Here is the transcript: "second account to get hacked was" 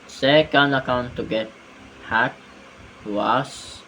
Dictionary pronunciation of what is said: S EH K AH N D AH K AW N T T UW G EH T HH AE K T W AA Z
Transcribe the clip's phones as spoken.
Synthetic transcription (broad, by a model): S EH K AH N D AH K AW N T T UW G EH T HH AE T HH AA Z